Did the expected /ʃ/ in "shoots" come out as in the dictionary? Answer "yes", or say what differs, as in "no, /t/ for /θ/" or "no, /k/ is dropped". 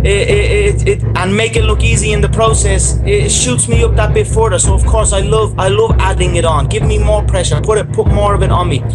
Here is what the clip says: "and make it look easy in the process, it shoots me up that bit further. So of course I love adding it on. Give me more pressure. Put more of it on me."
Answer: yes